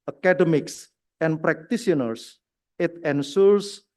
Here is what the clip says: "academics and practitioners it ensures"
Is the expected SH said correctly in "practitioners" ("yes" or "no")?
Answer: no